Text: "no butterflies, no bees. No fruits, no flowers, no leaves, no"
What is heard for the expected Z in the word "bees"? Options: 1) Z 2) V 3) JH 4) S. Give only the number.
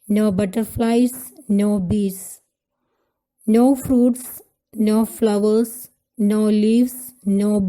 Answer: 4